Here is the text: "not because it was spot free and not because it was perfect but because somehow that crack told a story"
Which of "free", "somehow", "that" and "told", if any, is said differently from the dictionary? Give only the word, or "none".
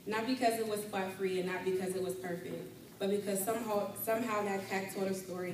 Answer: told